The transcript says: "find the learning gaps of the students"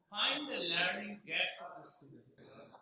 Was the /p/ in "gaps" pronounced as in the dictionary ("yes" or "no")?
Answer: no